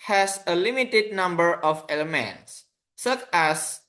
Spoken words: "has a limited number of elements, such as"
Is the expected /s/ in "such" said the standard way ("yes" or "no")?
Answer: yes